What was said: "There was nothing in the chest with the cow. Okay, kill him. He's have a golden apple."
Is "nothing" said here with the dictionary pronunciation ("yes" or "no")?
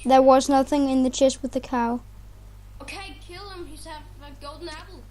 yes